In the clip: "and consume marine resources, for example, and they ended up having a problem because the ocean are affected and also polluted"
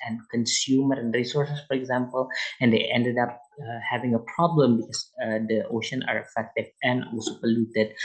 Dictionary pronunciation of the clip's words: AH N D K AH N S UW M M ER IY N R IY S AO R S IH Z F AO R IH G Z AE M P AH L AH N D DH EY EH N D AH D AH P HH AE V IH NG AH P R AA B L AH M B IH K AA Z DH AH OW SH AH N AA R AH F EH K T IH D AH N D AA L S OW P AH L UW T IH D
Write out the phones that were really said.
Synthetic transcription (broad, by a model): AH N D K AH N S UW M M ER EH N R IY S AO R S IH S F AO R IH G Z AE M P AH L AH N D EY EH N D AH D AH P HH AE V IH NG AH P R AA B L AH M B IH K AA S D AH OW SH AH N AA R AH F EH K T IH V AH N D AA L S OW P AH L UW T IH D